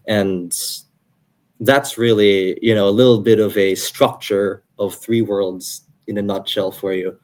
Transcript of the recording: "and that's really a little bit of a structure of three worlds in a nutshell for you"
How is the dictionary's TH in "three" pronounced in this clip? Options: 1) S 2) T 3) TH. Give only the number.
3